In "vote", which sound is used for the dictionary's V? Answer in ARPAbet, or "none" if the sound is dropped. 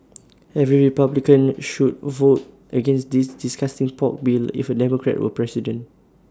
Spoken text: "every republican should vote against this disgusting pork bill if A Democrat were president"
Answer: V